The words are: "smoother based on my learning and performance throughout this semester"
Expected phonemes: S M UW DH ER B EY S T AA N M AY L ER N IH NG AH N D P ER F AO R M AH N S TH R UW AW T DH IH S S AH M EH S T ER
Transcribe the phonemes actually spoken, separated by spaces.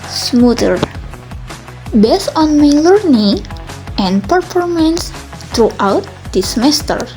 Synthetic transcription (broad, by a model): S M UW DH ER B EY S AA N M AY L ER N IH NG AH N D P ER F AO R M AH N S T R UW AW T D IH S S M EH S T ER